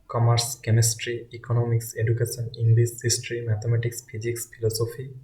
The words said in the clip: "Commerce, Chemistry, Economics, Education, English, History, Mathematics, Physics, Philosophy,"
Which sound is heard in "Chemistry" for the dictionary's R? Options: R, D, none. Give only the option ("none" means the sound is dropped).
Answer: R